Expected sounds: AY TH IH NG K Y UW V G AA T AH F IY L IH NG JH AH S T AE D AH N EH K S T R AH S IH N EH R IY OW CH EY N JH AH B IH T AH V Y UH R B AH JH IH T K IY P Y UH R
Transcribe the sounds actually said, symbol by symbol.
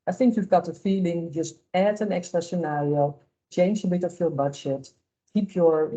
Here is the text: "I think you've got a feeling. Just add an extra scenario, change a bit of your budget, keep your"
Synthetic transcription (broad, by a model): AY TH IH NG K Y UW V G AA T AH F IY L IH NG JH AH S T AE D AH N EH K S T R AH S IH N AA R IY OW CH EY N JH AH B IH T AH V Y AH R B AH JH IH T K IY P Y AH R